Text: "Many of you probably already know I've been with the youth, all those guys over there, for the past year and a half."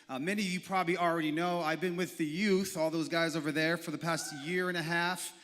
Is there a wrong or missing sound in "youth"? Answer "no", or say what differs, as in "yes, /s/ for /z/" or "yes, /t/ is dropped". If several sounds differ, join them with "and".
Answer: no